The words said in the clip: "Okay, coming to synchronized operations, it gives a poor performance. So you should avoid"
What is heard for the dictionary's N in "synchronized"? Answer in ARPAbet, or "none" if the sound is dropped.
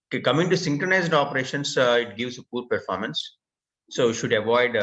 N